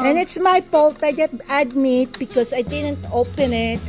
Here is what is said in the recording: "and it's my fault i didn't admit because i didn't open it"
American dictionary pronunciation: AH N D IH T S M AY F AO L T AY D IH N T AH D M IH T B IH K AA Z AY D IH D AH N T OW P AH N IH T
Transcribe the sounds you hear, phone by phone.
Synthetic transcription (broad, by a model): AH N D IH T S M AY P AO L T AY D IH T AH D M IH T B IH K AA S AY D IH D AH N T OW P AH N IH T